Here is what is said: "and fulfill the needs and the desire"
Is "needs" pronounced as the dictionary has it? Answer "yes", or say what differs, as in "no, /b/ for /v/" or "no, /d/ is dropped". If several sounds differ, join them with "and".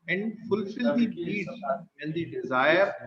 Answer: no, /z/ is dropped